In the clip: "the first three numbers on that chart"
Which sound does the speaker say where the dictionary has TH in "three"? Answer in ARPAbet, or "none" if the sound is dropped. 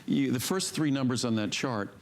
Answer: TH